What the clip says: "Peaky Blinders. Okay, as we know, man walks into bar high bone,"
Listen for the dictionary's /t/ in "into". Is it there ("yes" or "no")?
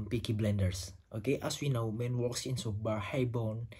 no